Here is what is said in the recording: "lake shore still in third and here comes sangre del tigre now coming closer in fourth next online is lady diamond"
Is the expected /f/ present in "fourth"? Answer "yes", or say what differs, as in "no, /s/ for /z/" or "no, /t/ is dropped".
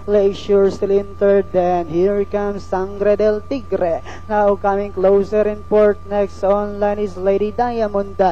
no, /p/ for /f/